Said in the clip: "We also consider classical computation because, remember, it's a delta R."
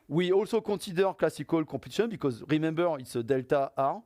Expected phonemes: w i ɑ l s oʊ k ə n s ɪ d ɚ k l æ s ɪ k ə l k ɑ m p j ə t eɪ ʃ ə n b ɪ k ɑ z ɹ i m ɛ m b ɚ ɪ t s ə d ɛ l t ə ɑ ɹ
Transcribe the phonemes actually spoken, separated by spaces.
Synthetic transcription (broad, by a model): w i ɑ l s oʊ k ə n s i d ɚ k l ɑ s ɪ k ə l k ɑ p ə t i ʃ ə n b ɪ k ɑ z ɹ i m ɛ m b ɚ ɪ t s ə d ɛ l t ə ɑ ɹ